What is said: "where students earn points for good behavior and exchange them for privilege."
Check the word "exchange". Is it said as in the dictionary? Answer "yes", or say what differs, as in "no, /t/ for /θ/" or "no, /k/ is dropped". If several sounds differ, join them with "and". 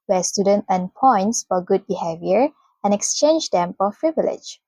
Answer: yes